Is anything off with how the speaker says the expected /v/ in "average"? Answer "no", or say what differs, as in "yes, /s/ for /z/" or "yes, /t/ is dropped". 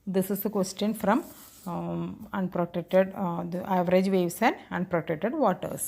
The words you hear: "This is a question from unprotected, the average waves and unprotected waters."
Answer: no